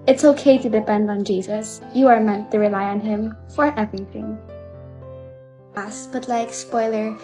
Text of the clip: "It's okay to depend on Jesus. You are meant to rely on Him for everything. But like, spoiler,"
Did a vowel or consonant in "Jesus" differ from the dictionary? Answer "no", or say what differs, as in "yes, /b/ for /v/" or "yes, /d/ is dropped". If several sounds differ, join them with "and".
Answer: no